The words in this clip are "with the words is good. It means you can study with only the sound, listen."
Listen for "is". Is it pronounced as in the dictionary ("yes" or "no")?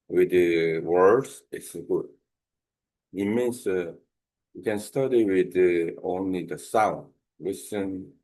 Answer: no